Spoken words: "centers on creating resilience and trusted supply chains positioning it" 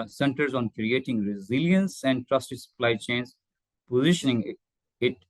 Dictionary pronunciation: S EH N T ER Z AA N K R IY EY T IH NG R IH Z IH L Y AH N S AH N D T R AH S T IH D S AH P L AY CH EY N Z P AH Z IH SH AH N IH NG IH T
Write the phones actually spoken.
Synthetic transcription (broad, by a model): S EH N T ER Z AA N K R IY EY T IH NG R IH Z IH L Y AH N S AH N D T R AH S T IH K S AH P L AY CH EY N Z P AH Z IH SH AH N IH NG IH T